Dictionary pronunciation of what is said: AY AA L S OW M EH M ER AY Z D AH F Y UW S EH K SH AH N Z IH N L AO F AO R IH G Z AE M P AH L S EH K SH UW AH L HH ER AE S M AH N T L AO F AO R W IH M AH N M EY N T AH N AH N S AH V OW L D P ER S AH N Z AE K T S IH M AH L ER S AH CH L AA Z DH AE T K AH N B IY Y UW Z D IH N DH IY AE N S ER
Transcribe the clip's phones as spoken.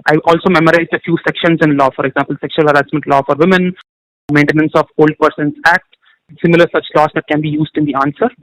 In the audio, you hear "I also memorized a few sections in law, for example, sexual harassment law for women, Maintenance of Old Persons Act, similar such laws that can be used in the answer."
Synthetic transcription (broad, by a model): AY AA L S OW M EH M ER AY Z D AH F Y UW S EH K SH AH N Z IH N L AO F AO R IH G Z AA M P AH L S EH K SH UW AH L HH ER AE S M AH N T L AO F AO R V IH M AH N M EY N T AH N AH N S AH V OW L D P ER S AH N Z AE K T S IH M AH L ER S AH CH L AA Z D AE T K AH N B IY Y UW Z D IH N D IY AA N S ER